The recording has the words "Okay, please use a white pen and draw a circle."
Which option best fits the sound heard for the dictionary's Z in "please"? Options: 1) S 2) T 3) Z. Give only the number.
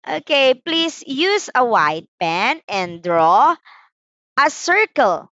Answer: 1